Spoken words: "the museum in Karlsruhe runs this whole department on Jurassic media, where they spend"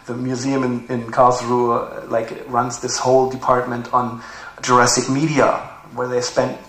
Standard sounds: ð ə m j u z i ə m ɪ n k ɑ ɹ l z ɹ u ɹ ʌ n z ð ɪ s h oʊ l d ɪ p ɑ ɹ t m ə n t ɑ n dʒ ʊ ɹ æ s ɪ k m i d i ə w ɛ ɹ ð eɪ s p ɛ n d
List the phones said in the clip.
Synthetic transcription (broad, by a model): ð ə m j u z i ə m ɪ n k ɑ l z ɹ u ɹ ʌ n z ð ɪ s h oʊ l d ɪ p ɑ ɹ t m ə n t n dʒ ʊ ɹ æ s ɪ k m i d i ə w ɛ ɹ ð eɪ s p ɛ n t